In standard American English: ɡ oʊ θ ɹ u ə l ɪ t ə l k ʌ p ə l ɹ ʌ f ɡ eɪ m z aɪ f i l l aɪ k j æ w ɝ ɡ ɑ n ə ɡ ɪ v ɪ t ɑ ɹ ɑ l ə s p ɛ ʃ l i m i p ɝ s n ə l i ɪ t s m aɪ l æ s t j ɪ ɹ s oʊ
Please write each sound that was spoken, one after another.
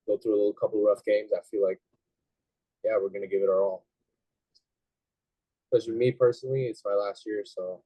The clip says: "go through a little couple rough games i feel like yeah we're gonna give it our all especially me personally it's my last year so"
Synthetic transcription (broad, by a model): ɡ oʊ θ ɹ u ə l ɪ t l k ʌ p l ɹ ʌ f ɡ eɪ m z aɪ f i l l aɪ k j æ w ɝ ɡ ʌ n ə ɡ ɪ v ɪ t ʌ ɹ ɑ l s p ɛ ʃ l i m i p ɝ s n l i ɪ t s m aɪ l æ s t j ɪ ɹ s oʊ